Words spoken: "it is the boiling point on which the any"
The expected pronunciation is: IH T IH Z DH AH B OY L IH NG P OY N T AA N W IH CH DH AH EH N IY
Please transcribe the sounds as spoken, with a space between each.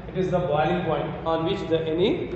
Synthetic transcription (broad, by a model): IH T IH Z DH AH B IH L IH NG P OY N T AA N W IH CH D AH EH N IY